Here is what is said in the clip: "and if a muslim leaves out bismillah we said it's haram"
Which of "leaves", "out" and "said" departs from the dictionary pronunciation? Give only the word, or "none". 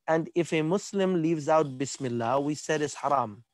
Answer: none